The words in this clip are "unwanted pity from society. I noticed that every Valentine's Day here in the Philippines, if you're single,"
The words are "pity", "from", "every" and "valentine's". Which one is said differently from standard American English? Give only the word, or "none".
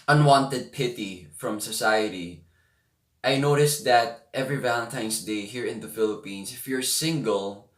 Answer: valentine's